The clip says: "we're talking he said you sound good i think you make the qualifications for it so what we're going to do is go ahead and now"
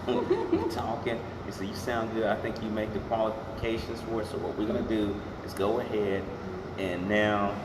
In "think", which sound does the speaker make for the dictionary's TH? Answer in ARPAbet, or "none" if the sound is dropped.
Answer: TH